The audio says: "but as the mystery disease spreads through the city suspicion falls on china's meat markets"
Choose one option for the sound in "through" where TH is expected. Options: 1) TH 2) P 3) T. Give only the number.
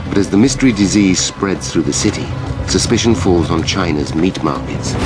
1